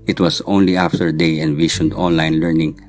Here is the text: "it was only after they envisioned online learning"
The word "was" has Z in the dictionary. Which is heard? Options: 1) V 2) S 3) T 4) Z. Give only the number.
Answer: 2